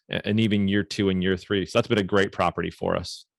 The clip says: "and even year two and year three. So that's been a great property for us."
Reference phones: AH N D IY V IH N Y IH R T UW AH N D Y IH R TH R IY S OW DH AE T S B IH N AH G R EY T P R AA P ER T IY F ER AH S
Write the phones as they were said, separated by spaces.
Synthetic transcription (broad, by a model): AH N IY V IH N Y IH R T UW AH N Y IH R TH R IY S OW DH AE T S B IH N AH G R EY T P R AA P ER T IY F ER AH S